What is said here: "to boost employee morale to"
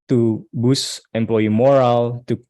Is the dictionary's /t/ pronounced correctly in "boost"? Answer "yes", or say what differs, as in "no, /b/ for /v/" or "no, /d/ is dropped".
no, /t/ is dropped